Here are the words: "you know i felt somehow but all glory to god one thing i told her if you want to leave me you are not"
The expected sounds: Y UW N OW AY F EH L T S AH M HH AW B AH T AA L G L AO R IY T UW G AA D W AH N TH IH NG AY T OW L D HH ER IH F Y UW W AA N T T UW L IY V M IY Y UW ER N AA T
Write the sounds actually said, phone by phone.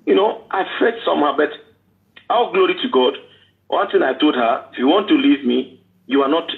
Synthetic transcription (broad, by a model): Y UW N OW AY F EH T S AH M HH AW B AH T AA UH G L AO R IY T UW G AA D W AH N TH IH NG AY T OW L D HH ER IH F Y UW W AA N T T UW L IY V M IY Y UW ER N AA T